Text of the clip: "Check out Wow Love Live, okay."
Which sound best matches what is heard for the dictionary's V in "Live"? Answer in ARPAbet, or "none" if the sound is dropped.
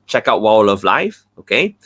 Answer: F